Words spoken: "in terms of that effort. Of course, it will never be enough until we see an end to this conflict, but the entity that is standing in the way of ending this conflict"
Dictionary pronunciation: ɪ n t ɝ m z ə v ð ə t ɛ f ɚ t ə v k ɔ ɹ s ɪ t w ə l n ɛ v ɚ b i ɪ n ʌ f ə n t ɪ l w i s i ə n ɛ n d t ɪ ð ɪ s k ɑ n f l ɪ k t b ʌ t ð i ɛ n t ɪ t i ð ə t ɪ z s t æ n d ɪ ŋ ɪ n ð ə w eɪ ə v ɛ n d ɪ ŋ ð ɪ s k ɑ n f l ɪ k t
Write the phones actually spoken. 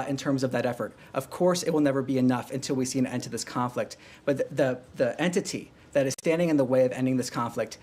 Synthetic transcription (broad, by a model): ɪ n t ɝ m z ə v ð ə t ɛ f ɚ t ə v k ɔ ɹ s ɪ t w ə l n ɛ v ɚ b i ɪ n ʌ f ə n t ɪ l w i s i ə n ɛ n t ɪ ð ɪ s k ɑ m f l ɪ k t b ʌ t ð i ɛ n t ɪ t i ð ə t ɪ z s t æ n d ɪ ŋ ɪ n ð ə w eɪ ə v ɛ n d ɪ ŋ ð ɪ s k ɑ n f l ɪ k t